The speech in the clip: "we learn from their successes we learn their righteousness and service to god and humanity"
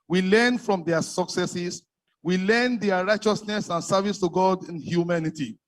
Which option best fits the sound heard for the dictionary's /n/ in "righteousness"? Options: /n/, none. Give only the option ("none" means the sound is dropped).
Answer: /n/